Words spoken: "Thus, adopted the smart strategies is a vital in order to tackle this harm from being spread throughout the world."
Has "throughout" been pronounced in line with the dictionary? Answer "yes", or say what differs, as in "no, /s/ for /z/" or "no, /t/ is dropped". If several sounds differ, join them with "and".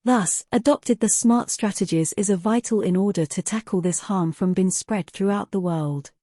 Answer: yes